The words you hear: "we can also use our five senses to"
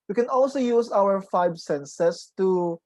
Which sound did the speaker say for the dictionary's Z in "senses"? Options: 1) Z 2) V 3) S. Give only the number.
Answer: 3